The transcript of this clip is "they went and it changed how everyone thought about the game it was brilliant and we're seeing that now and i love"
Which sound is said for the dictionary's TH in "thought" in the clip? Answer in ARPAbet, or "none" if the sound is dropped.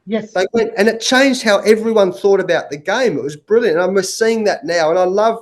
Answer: TH